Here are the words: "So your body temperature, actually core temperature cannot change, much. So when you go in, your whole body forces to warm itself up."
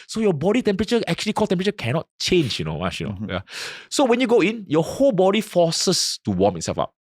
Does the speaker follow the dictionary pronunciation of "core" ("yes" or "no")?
no